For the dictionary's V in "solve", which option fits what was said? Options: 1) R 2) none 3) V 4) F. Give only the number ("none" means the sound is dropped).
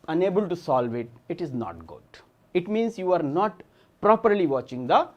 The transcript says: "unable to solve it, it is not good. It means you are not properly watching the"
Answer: 3